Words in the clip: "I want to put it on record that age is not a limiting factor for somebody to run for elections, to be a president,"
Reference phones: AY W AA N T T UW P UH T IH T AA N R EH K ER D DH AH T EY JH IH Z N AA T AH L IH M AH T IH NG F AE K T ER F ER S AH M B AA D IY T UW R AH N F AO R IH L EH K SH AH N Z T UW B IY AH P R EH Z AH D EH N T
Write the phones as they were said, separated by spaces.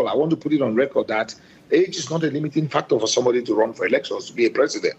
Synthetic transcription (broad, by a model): AY W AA N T T UW P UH T IH T AA N R EH K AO D DH AH T EY JH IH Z N AA T AH L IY M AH T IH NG F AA K T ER F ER S AH M B AA D IY T UW R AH N F AO R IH L EH K SH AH N S T UW B IY AH P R EH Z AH D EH N T